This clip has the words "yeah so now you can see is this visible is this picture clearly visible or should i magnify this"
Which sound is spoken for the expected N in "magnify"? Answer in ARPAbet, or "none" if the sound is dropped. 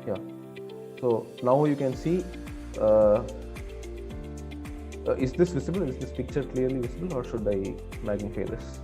none